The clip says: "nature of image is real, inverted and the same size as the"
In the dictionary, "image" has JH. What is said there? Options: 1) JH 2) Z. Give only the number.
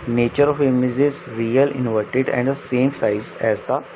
2